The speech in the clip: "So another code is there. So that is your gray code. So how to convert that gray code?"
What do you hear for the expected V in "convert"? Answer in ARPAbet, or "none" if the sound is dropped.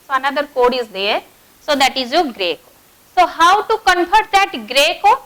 F